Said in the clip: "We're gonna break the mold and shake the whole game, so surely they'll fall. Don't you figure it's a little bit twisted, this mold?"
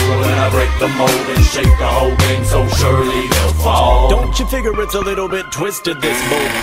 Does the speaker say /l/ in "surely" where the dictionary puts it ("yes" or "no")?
yes